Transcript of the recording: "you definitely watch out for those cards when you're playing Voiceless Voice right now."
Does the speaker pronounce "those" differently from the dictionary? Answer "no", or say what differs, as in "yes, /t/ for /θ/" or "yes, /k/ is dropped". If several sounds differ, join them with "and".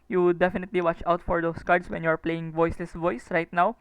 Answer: yes, /s/ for /z/